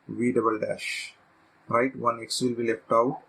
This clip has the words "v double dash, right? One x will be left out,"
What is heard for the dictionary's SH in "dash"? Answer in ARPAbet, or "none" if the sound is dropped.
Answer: SH